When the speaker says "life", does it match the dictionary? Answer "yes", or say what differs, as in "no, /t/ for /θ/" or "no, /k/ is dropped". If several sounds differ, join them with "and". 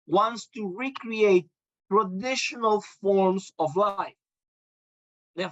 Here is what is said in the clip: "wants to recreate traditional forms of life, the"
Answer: yes